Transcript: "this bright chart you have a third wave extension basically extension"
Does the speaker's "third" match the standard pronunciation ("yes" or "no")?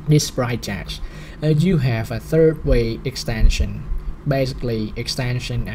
yes